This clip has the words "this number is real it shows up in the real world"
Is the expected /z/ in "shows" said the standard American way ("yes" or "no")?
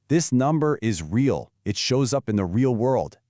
yes